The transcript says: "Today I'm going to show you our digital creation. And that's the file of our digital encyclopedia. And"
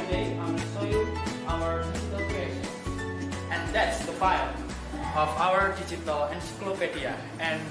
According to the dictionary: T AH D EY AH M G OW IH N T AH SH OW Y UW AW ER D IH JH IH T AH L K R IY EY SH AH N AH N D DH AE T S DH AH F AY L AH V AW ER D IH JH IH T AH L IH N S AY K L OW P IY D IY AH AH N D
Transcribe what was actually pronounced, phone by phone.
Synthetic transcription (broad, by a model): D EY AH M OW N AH S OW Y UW AW ER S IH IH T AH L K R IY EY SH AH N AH N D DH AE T S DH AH F AY L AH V AW ER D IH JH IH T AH L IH N S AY K L OW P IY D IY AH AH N